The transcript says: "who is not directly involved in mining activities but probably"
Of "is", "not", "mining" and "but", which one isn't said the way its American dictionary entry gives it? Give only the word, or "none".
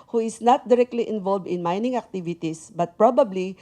is